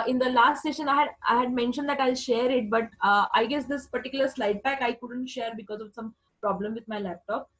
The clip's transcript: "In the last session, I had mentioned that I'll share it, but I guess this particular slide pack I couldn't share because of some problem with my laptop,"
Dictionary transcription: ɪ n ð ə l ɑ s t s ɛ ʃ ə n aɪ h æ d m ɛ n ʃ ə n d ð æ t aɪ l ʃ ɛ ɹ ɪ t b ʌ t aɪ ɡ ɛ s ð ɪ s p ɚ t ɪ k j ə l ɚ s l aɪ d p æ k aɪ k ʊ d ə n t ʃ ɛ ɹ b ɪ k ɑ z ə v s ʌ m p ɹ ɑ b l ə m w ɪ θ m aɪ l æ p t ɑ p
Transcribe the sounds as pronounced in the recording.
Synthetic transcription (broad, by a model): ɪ n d ə l ɑ s t s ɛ ʃ ə n aɪ h æ d m ɛ n ʃ ə n d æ t aɪ l ʃ ɛ ɹ ɪ t b ʌ t aɪ ɡ ɛ s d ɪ s p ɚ t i k j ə l ɚ s l aɪ d b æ k aɪ k ʊ d ə n t ʃ ɛ ɹ b ɪ k ɑ z ə v s ʌ m p ɹ ɑ b l ə m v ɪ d m aɪ l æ p t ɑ p